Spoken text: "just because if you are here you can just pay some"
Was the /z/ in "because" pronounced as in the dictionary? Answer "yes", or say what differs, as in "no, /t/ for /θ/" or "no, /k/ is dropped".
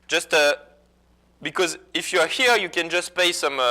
yes